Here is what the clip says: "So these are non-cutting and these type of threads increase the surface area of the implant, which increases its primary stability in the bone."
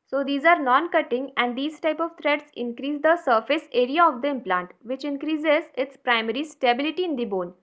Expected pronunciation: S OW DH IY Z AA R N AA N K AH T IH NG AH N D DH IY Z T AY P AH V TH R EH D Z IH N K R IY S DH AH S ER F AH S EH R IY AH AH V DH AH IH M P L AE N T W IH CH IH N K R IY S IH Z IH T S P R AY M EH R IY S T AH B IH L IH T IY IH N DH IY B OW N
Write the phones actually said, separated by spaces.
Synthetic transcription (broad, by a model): S OW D IY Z AA R N AA N K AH T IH NG AH N D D IY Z T AY P AH V T R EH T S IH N K R IY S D AH S ER F AH S EH R IY AH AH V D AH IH M P L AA N T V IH CH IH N K R IY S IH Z IH T S P R AY M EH R IY S T AH B IH L IH T IY IH N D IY B OW N